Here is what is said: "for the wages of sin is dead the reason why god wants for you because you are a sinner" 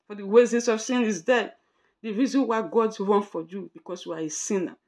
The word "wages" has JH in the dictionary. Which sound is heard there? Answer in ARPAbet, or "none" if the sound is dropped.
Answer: Z